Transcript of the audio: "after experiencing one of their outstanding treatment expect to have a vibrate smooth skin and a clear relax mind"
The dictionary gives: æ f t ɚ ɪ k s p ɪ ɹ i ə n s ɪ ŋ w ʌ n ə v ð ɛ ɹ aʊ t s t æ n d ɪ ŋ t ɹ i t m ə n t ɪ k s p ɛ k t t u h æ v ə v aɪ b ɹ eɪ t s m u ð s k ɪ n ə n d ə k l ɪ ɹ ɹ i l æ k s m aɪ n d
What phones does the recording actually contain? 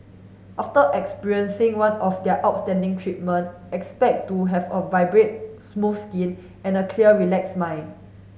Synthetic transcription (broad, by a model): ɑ f t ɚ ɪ k s p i ɹ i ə n s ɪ ŋ w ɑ n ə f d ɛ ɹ aʊ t s t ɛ n d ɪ ŋ t ɹ i t m ə n t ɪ k s p ɛ k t t u h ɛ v ə v aɪ b ɹ eɪ t s m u s k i n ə n ə k l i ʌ ɹ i l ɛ k s m aɪ n